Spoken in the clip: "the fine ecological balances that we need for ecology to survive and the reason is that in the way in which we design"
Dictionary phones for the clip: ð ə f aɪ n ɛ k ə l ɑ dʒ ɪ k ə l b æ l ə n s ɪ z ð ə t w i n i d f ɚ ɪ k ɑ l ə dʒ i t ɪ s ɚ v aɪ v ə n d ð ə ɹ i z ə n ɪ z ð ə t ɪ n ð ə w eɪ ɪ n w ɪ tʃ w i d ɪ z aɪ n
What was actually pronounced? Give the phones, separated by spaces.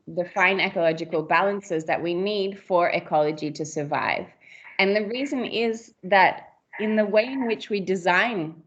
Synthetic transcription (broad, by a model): ð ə f aɪ n ɛ k ə l ɑ dʒ ɪ k ə l b æ l ə n s ɪ z ð ə t w i n i d f ɚ ɪ k ɑ l ə dʒ i t ɪ s ɚ v aɪ v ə n ð ə ɹ i z ə n ɪ z ð ə t ɪ n ð ə w eɪ ɪ n w ɪ tʃ w i d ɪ z aɪ n